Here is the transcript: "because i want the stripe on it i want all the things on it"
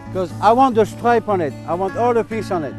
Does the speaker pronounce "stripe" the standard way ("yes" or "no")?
yes